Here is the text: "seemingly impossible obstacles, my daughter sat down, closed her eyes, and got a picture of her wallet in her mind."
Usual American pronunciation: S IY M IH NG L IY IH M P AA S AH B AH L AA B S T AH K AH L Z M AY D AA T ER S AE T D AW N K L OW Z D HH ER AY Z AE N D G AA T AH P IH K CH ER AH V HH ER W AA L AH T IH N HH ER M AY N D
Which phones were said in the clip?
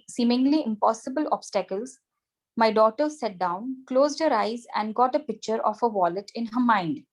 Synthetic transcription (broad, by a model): S IY M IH NG L IY IH M P AA S AH B AH L AA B S T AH K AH L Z M AY D AA T ER S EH T D AW N K L OW Z D HH ER AY Z AE N D G AA T AH P IH K CH ER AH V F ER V AA L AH T IH N HH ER M AY N D